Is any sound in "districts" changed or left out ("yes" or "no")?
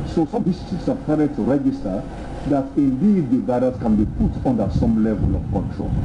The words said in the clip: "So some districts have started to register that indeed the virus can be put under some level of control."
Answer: yes